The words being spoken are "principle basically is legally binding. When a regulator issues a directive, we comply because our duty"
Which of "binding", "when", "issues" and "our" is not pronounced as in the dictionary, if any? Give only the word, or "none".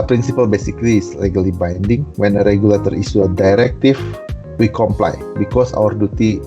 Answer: issues